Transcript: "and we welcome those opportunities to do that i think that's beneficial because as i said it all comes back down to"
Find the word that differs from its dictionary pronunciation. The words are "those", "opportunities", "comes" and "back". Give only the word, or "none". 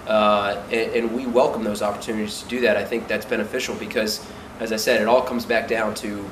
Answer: none